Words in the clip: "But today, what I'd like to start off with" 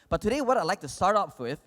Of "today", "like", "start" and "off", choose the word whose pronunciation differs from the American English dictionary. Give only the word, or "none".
off